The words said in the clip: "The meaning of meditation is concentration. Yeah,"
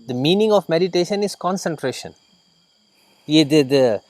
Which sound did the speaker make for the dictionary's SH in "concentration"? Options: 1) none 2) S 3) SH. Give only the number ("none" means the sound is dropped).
3